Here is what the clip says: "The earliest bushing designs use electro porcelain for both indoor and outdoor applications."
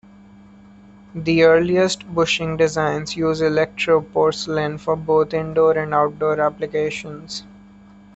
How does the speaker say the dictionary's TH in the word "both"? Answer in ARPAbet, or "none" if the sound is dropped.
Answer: T